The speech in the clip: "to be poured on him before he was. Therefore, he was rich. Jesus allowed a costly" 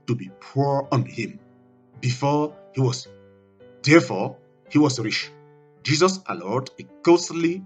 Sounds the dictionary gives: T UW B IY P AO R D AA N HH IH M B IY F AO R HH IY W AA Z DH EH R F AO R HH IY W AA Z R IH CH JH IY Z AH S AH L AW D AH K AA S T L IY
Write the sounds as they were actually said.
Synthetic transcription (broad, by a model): T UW B IY P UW R AA N HH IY M B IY F AO HH IY W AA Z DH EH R F AO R HH IY W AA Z R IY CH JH IY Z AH S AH L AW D AH K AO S L IY